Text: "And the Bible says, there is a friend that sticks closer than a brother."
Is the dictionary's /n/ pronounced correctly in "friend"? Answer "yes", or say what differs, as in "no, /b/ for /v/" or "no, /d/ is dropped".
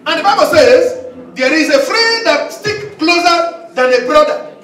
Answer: no, /n/ is dropped